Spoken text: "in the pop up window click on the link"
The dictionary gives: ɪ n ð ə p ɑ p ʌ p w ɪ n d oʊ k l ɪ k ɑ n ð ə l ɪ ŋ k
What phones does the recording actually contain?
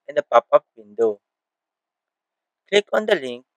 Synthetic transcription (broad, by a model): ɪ n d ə p ɑ p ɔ f w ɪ n d oʊ k l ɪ k ɑ n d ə l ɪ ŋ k